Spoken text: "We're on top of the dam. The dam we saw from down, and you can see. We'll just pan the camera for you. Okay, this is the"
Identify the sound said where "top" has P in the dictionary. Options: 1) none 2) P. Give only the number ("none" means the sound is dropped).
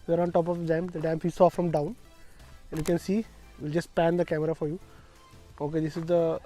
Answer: 2